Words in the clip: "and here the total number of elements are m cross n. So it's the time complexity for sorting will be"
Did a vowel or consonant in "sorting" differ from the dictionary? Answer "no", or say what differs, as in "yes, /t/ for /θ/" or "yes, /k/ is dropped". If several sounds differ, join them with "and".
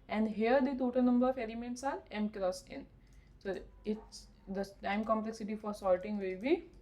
yes, /l/ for /ɹ/